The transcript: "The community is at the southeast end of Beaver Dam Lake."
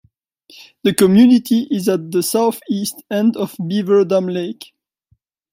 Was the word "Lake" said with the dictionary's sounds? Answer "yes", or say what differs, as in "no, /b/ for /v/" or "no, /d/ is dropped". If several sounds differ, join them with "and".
yes